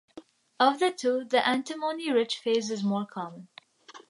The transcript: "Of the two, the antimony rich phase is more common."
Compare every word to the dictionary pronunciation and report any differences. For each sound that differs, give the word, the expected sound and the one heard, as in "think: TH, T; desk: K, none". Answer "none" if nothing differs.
none